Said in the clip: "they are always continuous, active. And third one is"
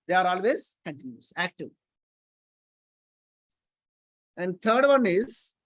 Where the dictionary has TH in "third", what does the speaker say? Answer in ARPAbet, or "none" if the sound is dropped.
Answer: T